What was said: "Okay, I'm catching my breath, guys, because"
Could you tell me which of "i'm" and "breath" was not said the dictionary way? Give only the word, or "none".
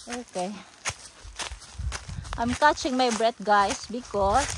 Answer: breath